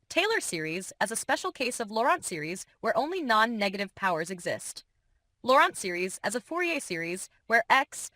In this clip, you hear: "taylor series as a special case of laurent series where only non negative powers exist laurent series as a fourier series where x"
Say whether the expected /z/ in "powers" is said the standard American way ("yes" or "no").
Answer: yes